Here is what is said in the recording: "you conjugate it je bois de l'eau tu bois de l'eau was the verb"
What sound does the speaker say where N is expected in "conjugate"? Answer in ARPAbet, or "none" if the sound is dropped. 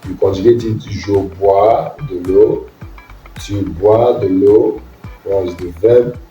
none